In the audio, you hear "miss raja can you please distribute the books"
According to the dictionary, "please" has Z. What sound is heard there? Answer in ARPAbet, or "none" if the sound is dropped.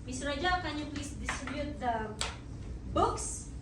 S